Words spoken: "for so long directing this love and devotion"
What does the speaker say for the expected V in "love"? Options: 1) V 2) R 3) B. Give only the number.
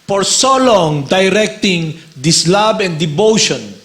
3